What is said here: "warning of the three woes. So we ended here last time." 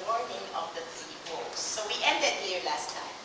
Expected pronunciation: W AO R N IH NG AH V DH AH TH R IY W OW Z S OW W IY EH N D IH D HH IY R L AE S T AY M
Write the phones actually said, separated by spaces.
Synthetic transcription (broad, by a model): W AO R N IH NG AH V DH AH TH IY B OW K S OW W IY EH N D IH D HH IY R L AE S T AY M